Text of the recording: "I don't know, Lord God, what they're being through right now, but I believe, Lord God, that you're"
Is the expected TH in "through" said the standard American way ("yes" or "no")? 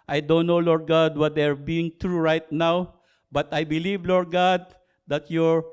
no